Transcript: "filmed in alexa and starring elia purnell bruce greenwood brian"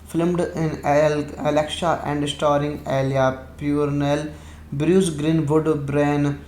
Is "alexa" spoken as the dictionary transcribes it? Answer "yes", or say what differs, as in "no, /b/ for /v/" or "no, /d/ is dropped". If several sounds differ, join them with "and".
no, /ʃ/ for /s/